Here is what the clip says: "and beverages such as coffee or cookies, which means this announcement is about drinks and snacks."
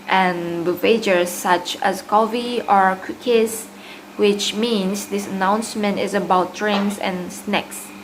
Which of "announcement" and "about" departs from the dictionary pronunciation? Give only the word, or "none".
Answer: none